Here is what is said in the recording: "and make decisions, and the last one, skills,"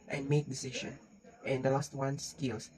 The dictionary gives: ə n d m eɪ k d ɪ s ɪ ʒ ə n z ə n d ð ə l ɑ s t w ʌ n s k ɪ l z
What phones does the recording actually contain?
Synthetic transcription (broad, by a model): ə n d m eɪ k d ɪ s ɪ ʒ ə n ə n d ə l ɑ s t w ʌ n s k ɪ l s